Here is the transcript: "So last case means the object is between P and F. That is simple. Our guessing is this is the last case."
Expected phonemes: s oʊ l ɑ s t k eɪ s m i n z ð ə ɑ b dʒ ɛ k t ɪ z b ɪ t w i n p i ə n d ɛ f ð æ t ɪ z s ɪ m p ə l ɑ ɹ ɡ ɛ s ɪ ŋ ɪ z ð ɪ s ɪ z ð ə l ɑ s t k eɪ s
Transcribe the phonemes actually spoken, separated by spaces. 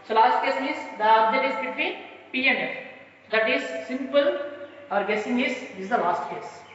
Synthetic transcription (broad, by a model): s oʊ l ɑ s t k eɪ s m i z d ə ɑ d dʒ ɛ t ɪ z b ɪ t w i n p i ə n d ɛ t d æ t ɪ z s ɪ m p ə l ɑ ɹ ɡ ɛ s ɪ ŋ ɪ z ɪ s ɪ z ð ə l ɑ s t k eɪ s